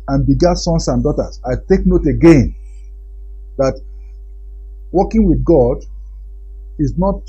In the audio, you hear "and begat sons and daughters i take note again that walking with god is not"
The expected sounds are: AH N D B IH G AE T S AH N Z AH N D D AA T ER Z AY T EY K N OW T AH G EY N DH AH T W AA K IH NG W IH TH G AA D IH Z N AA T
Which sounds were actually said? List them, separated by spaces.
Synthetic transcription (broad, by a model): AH N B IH G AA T S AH N S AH N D D AA T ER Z AY T EY K N OW T AH G EY N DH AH T W AA K IH NG W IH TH G AA D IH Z N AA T